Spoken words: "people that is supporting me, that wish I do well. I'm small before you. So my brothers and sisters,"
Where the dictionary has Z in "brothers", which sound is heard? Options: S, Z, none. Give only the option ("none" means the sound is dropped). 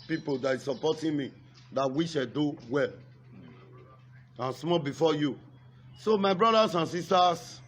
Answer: S